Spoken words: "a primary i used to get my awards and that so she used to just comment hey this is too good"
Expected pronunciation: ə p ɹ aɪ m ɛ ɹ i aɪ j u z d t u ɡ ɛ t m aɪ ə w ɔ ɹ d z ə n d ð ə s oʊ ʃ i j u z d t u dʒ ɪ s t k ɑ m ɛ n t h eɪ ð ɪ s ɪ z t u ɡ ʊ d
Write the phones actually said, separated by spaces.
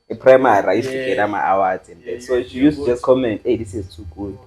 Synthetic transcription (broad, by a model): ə p ɹ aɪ m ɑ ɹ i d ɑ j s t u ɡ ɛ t m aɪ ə w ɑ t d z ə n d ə s oʊ ʃ i j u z t u dʒ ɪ s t k ɑ m ɛ n t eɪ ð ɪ s ɪ z t u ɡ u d